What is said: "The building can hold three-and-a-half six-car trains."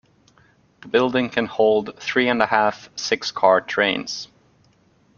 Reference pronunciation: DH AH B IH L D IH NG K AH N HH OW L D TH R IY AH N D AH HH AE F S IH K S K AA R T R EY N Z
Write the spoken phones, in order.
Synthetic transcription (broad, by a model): DH AH B IH L D IH NG K AH N HH OW L D TH R IY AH N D AH HH AE F S IH K S K AA R T R EY N Z